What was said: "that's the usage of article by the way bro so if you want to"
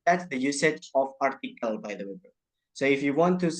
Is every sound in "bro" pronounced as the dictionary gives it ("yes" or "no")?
no